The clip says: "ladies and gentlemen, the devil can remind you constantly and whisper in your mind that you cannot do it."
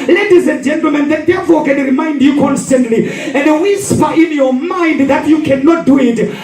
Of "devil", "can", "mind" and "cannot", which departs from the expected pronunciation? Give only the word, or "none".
devil